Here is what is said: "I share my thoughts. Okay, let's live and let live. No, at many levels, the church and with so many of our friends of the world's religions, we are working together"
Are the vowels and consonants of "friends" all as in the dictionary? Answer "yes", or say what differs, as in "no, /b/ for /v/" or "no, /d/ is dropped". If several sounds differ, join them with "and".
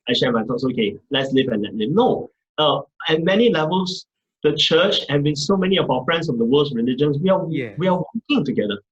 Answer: no, /s/ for /z/